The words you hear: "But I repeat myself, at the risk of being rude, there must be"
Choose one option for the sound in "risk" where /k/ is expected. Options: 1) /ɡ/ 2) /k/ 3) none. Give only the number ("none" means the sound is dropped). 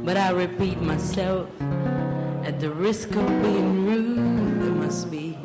2